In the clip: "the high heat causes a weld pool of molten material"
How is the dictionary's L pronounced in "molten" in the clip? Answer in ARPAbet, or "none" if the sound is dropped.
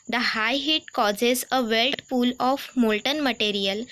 L